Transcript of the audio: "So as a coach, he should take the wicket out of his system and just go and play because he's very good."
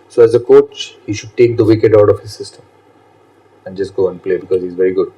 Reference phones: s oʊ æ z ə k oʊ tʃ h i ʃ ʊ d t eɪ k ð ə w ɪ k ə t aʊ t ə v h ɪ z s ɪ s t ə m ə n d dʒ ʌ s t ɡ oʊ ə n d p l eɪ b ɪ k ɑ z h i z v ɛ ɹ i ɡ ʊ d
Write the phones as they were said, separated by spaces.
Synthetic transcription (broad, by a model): s oʊ æ z ə k oʊ tʃ h i ʃ ʊ d t eɪ k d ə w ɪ k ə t aʊ t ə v h ɪ z s ɪ s t ə m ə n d dʒ ʌ s t ɡ oʊ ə n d p l eɪ b ɪ k ɑ z h i z v ɛ ɹ i ɡ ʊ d